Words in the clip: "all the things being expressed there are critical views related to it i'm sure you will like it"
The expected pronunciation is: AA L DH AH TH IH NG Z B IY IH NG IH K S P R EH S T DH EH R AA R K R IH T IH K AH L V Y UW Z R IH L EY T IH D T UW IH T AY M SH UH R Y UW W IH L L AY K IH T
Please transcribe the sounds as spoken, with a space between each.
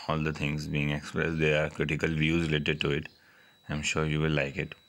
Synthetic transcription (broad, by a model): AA L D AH T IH NG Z B IY IH NG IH K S P R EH S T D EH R AA R K R IH T IH K AH L V Y UW Z R IH L EY T IH D T UW IH T AY M SH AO R Y UW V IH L L AY K IH T